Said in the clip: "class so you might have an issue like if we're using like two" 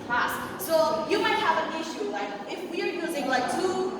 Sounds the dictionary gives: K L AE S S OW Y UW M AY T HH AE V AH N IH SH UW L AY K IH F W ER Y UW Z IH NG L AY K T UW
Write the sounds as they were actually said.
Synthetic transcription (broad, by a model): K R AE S S OW Y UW M AY T HH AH V AH N IH SH UW L AY K IH F W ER Y UW Z IH NG L AY K T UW